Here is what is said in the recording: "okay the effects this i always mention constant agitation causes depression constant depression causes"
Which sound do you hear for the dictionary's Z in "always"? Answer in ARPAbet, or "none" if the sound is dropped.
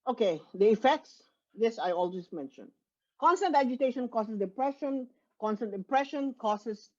S